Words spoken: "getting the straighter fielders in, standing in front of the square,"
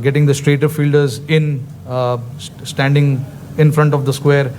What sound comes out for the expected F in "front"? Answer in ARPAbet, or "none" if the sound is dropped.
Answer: F